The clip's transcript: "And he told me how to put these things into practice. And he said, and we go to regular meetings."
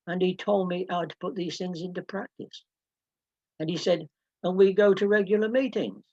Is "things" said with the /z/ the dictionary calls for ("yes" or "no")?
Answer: yes